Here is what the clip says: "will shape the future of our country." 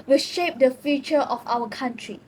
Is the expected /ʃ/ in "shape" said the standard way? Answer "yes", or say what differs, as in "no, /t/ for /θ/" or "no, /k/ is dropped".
yes